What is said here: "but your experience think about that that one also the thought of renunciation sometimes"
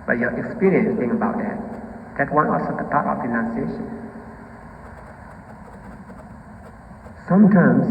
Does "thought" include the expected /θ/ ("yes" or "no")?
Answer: no